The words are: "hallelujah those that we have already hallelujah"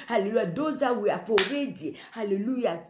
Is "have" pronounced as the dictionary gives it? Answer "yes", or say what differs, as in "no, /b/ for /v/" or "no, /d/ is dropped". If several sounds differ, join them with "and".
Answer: no, /f/ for /v/